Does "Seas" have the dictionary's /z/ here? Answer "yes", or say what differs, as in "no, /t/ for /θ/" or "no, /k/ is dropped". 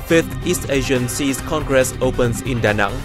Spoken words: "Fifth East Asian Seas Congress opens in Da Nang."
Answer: no, /s/ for /z/